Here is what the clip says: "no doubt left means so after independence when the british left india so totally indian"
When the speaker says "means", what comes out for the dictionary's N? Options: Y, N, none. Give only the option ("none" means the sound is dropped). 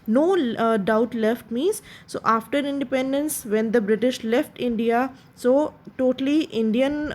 none